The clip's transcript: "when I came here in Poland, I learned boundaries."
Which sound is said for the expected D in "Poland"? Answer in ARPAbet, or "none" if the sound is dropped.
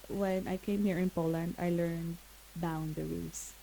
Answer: D